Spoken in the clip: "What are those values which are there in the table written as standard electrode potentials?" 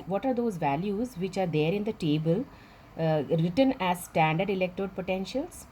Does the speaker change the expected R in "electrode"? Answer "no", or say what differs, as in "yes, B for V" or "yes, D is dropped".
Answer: yes, R is dropped